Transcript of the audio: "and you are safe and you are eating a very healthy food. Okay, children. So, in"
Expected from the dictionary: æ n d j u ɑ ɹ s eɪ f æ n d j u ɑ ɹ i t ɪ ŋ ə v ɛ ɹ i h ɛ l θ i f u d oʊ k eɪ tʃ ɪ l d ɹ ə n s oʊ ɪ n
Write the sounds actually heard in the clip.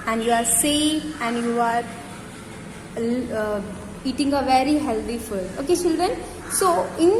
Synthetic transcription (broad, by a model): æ n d j u ɑ ɹ s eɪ æ n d j u ɑ ɹ i t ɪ ŋ ə v ɛ ɹ i h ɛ l t i f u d oʊ k eɪ tʃ ɪ l d ɹ ə n s oʊ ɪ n